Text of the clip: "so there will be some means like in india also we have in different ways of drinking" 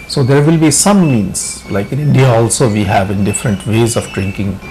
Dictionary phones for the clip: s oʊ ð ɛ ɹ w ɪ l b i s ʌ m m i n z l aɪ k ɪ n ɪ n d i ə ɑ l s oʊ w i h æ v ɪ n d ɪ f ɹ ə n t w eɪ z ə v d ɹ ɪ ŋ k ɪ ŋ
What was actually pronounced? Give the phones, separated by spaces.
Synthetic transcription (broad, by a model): s oʊ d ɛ ɹ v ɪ l b i s ʌ m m i n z l aɪ k ɪ n ɪ n d i ə ɑ l s oʊ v i h æ v ɪ n d ɪ f ɹ ə n t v eɪ z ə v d ɹ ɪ ŋ k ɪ ŋ